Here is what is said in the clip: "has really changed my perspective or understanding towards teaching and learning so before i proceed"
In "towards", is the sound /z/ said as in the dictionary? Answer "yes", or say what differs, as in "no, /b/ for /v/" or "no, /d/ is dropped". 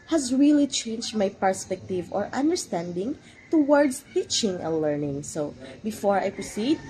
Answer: no, /s/ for /z/